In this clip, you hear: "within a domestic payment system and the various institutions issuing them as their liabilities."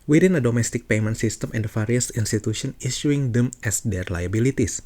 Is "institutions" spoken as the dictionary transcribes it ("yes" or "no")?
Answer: no